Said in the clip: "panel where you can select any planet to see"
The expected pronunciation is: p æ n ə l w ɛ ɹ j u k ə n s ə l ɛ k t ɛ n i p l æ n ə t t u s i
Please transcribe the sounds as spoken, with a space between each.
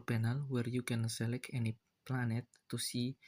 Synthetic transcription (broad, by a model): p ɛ n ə l w ɛ ɹ j u k ə n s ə l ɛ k ɛ n i p l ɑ n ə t t u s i